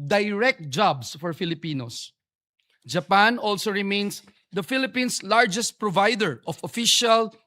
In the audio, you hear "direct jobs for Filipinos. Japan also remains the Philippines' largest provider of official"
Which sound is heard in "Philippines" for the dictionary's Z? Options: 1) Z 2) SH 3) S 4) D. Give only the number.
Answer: 3